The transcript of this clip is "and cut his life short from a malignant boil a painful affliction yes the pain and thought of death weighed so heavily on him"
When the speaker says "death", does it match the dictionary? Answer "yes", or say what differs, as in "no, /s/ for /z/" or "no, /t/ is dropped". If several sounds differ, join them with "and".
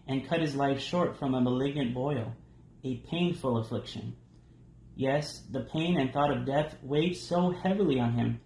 yes